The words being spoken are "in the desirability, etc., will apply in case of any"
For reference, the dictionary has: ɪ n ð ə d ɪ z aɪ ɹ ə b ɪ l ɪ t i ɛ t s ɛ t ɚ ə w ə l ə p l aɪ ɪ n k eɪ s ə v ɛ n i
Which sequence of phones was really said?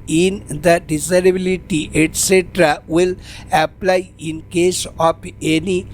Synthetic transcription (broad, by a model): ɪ n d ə d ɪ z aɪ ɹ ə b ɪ l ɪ t i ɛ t s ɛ t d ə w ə l ə p l aɪ ɪ n k eɪ s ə p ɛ n i